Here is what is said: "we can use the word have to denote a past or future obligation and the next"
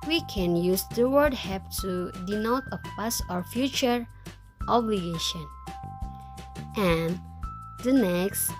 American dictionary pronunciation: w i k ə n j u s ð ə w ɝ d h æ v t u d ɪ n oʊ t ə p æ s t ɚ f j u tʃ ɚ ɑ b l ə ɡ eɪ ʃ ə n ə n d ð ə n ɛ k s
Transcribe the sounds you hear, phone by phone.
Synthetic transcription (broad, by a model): w i k ə n j u s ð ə w ɝ d h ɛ p t u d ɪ n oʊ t ə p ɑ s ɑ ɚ f j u tʃ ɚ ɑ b l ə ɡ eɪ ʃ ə n ə n d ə n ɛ k s